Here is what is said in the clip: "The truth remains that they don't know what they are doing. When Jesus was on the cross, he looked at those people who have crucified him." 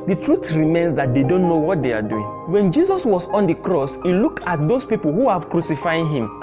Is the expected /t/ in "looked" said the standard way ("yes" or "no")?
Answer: no